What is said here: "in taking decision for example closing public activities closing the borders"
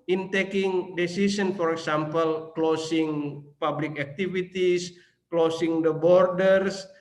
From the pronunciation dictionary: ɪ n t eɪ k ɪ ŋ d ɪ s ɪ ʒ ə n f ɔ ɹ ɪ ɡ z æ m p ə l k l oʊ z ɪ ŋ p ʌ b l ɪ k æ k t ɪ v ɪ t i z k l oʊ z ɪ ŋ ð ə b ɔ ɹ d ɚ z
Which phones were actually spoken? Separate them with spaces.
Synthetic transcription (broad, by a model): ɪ n t eɪ k ɪ ŋ d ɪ s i s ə n f ɔ ɹ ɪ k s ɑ m p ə l k l oʊ s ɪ ŋ p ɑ b l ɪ k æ k t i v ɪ t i s k l oʊ s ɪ ŋ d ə b ɔ ɹ d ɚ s